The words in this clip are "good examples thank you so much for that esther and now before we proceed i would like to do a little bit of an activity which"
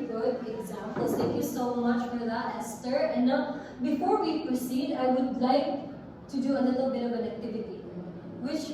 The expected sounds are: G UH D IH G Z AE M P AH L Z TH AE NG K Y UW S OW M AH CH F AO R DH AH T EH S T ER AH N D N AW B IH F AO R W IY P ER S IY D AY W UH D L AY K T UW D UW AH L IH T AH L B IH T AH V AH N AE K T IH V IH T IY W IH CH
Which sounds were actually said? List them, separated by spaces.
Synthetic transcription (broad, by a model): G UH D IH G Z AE M P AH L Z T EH K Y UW S OW M AH CH F AO R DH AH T EH S T ER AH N N AW B IH F AO R W IY P ER S IY D AY W UH D L AY K T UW D UW AH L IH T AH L B IH T AH V AH N AE K T IH V IH T IY W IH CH